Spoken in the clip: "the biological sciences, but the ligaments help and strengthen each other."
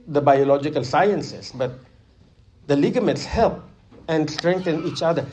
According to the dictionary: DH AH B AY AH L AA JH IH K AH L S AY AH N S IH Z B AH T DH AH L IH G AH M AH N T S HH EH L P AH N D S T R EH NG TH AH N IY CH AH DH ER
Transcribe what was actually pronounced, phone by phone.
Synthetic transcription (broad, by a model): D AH B AY AH L AA JH IH K AH L S AY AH N S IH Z B AH T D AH L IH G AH M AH T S HH EH L P AH N D S T R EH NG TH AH N IY CH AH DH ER